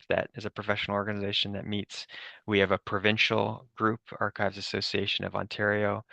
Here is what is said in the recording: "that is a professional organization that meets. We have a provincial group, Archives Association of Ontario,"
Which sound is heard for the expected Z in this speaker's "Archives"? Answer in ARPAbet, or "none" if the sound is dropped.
Z